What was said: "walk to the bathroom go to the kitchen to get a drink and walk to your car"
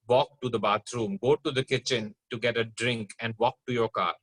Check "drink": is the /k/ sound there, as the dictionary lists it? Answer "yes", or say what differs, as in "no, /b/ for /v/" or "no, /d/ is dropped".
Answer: yes